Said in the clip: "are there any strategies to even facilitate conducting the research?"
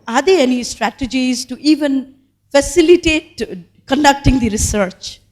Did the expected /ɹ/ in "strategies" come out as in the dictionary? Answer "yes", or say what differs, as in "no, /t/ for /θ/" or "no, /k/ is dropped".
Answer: yes